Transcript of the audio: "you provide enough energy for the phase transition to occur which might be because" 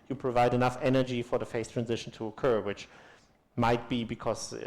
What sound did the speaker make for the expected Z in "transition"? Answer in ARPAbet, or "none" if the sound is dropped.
Z